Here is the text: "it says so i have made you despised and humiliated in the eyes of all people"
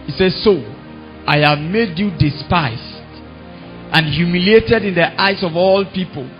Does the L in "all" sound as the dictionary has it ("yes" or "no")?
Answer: yes